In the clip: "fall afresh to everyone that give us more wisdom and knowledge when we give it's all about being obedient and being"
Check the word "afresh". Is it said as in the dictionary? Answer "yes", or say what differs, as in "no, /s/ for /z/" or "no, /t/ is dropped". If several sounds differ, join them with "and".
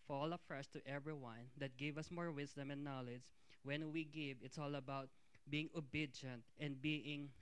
no, /s/ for /ʃ/